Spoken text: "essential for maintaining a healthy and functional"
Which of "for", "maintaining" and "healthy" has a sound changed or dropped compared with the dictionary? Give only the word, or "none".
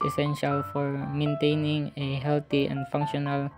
healthy